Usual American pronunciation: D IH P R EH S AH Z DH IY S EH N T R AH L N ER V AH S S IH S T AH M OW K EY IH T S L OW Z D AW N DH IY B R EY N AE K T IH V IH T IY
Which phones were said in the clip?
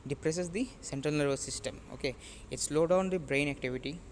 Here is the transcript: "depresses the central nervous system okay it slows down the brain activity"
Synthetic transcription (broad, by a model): D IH P R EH S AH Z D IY S EH N T R AH L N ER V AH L S IH S T AH M OW K EY IH T S L OW D AW N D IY B R EY N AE K T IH V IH T IY